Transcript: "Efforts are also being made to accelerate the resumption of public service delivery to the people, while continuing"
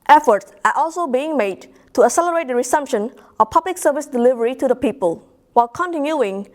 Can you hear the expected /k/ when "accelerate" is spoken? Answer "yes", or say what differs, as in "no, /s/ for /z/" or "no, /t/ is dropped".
no, /k/ is dropped